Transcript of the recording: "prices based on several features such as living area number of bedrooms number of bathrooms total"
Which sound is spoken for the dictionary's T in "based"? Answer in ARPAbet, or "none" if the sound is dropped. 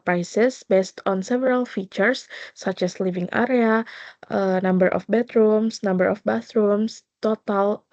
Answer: T